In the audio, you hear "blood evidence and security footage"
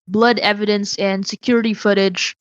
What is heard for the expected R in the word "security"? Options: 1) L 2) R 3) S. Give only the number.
2